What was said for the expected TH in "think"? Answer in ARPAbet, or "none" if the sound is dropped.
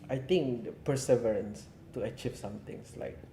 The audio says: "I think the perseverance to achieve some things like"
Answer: T